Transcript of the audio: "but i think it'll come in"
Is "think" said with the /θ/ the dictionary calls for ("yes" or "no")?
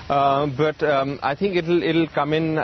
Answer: no